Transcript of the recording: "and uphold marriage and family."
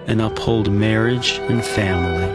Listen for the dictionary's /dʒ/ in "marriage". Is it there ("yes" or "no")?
yes